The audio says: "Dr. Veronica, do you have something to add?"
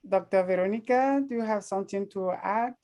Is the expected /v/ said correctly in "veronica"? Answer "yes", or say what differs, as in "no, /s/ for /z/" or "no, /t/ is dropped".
yes